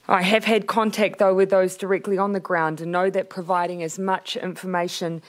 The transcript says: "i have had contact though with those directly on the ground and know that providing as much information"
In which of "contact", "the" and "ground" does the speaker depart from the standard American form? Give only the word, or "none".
none